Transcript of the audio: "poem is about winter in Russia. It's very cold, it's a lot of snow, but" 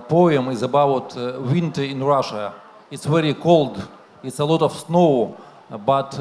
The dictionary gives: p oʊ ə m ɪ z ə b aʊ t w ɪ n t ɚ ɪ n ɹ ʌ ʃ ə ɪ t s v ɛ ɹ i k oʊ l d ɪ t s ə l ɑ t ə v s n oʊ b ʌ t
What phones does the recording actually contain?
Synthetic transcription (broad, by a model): p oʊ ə m ɪ z ə b aʊ t w ɪ n t ɚ ɪ n ɹ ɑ ʃ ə ɪ t s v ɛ ɹ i k oʊ l d ɪ t s ə l ɑ t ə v s n oʊ b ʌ t